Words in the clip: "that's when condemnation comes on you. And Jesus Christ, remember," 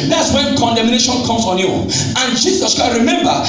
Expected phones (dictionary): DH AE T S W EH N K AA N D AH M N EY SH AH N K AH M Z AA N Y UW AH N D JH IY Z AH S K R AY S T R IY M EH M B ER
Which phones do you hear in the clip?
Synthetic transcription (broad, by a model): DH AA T S W EH N K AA N D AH M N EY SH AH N K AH M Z AA N Y UW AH N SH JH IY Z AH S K AY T R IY M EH M B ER